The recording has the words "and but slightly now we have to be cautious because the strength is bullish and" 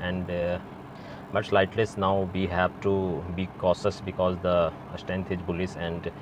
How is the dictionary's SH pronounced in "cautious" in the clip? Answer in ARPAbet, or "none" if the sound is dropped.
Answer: S